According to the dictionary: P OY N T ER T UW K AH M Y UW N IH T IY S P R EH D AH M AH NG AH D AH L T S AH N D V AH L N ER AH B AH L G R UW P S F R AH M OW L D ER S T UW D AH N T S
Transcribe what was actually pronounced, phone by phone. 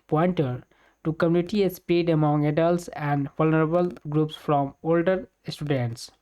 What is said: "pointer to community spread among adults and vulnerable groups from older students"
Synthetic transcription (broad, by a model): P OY N T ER T UW K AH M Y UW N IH T IY S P IY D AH M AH NG AH D AH L T S AH N D V AH L N ER AH B AH L G R UW P S F R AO M OW L D ER S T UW D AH N T S